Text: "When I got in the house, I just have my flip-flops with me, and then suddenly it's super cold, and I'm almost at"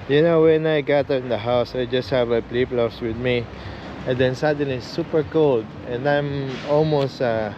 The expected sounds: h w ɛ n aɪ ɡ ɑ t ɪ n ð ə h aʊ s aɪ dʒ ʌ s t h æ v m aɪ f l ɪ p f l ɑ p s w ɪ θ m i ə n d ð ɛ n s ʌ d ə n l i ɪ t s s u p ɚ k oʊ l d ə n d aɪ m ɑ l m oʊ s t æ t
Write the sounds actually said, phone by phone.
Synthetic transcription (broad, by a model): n w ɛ n aɪ ɡ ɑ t ɪ n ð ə h aʊ s aɪ dʒ ʌ s t h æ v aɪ p l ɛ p l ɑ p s w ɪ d m i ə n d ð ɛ n s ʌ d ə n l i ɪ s s u p ɚ k oʊ l d ə n d aɪ m ɑ l m oʊ s t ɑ